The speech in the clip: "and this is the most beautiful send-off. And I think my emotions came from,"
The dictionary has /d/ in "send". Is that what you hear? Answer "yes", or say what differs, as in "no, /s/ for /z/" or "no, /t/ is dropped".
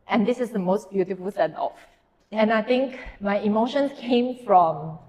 no, /d/ is dropped